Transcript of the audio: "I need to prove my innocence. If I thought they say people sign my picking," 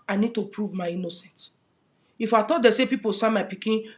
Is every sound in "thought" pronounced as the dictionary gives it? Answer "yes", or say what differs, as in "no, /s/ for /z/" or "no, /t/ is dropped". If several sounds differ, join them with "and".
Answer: no, /t/ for /θ/